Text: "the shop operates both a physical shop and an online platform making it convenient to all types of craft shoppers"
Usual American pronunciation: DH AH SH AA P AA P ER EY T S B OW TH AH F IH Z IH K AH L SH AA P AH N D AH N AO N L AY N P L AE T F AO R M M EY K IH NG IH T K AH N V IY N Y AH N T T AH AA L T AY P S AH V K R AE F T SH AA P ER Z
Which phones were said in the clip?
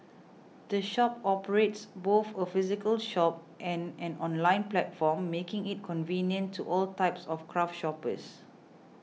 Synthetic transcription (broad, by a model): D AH SH AA P AA P ER EY T S B OW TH AH F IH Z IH K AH L SH AA P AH N AH N AO N L AY N P L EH T F AO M M EY K IH NG IH T K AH N V IY N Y AH N T T AA L T AY P S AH F K R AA F T SH AA P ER S